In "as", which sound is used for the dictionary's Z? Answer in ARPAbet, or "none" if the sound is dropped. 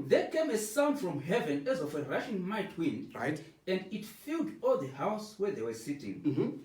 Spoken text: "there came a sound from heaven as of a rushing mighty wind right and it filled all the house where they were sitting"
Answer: Z